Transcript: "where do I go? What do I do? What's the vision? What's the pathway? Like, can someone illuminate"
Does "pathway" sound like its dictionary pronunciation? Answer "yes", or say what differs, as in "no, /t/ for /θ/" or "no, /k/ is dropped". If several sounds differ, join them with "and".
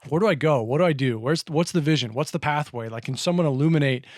yes